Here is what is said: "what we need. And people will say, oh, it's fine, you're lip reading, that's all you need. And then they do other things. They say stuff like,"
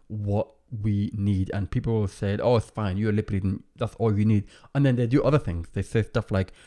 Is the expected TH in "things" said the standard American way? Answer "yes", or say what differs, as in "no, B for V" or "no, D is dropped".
yes